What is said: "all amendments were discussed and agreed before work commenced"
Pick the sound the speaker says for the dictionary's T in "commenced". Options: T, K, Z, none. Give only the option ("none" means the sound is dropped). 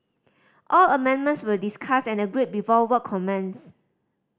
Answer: none